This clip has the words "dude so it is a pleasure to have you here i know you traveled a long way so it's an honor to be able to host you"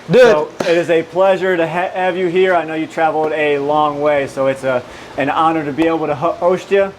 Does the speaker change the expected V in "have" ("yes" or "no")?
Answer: no